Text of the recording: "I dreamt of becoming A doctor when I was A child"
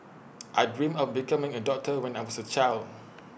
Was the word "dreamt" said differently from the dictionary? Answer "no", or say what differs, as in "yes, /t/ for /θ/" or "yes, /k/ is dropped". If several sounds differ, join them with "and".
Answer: yes, /t/ is dropped